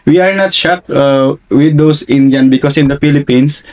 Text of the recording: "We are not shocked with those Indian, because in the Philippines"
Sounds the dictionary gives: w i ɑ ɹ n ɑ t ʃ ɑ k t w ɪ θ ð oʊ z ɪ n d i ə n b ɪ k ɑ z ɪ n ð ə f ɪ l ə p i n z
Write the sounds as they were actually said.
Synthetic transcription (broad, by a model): w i ɑ ɹ n ɑ t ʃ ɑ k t w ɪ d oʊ s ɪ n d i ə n b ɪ k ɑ s ɪ n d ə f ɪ l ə p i n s